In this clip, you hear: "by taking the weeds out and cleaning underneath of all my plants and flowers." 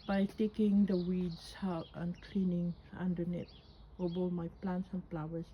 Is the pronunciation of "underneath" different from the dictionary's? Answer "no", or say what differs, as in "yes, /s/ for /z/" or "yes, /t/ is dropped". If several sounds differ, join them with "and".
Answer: yes, /t/ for /θ/